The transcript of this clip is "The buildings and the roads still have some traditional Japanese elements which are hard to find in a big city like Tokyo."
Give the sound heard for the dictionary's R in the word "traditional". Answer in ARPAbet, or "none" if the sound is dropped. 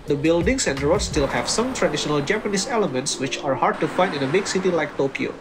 R